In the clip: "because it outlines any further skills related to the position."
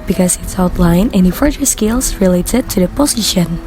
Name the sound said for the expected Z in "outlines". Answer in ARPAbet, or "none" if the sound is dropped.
none